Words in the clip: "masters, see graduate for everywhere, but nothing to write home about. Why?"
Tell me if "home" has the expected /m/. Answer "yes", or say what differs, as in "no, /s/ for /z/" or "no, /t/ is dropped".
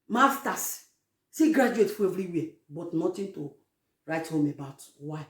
yes